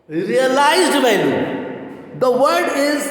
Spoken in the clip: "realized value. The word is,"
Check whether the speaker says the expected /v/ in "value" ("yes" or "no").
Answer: no